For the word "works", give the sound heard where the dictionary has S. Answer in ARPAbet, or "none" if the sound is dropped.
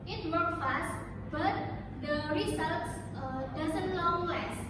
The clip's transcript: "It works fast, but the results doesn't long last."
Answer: none